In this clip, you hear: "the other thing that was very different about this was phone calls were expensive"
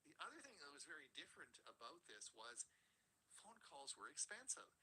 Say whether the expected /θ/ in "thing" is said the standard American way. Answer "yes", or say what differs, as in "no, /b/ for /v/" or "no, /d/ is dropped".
yes